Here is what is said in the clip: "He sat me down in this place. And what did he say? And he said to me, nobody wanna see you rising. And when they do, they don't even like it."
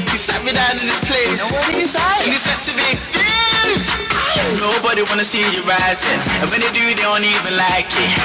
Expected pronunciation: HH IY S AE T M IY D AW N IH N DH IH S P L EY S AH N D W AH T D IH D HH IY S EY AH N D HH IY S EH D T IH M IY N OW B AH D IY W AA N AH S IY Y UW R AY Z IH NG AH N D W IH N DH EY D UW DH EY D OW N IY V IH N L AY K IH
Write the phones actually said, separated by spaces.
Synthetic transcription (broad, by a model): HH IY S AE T M IY D AW N IH N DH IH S P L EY AH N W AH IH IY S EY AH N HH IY S EH D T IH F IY N OW B AH D IY W AA N AH S IY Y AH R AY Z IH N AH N W IH N DH EY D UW DH EY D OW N IY V IH N L AY K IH